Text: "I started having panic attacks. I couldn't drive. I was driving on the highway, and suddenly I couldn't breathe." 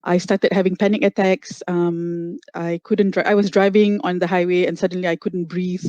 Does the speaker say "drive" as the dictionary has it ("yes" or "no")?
no